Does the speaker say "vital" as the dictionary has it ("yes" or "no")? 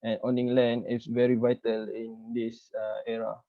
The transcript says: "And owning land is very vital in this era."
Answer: yes